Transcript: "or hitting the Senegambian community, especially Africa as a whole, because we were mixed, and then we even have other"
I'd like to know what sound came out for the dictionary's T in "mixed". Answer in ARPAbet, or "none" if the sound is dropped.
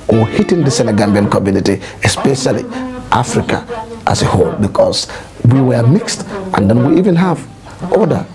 T